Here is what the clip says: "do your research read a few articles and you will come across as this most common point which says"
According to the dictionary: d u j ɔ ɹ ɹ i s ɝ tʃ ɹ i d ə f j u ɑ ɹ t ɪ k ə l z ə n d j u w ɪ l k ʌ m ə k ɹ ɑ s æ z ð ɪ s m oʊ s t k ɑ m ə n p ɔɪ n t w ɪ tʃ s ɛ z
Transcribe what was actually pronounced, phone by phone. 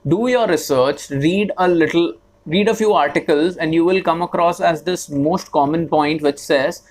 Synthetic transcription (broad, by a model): d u j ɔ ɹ ɹ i s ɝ tʃ ɹ i d ə f j u ɑ ɹ t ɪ k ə l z ə n d j u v ɪ l k ʌ m ə k ɹ ɑ s æ z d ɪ s m oʊ s t k ɑ m ə n p ɔɪ n t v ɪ tʃ s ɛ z